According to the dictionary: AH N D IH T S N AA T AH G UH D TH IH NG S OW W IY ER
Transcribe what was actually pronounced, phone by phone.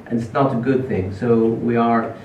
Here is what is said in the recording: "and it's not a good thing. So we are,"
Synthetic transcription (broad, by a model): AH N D IH T S N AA T AH G UH D TH IH NG S OW W IY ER